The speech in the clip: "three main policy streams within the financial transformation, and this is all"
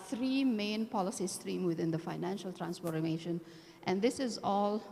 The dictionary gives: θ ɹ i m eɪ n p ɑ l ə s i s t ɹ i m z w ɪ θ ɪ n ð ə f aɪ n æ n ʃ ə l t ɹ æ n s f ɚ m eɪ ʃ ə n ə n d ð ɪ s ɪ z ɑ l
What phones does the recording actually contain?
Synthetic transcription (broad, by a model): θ ɹ i m eɪ n p ɑ l ə s i s t ɹ i m w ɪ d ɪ n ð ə f aɪ n æ n ʃ ə l t ɹ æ n s p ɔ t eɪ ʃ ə n ə n d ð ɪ s ɪ z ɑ l